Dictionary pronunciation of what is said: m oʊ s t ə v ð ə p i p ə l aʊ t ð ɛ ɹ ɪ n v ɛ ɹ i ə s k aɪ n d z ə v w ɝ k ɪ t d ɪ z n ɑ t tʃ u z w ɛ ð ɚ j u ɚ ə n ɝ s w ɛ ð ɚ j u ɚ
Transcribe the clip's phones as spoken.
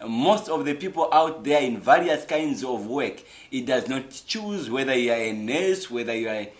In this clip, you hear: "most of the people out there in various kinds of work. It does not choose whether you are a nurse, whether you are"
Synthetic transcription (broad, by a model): m oʊ s t ə v ð ə p i p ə l aʊ t ð ɛ ɹ ɪ n v ɛ ɹ i ə s k aɪ n d z ə v w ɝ k ɪ t d ɪ z n ɑ t tʃ u z w ɛ ð ɚ j u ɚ ə n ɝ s w ɛ ð ɚ j u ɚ